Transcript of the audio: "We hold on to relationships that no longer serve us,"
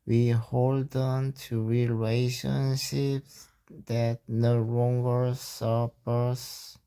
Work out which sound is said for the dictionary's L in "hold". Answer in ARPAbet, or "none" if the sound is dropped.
L